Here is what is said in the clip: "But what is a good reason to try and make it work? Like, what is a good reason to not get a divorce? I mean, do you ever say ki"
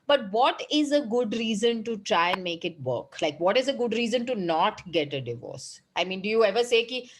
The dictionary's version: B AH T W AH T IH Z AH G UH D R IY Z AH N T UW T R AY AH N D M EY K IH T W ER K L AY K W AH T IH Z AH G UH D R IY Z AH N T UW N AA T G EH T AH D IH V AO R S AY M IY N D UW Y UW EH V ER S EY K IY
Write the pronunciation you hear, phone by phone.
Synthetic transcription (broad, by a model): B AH T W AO T IH Z AH G UH D R IY Z AH N T UW T R AY AH N D M EY K IH T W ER K L AY K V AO T IH Z AH G UH D R IY Z AH N T UW N AA T G EH T AH D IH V AO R S AY M IY N D UW Y UW EH V ER S EY K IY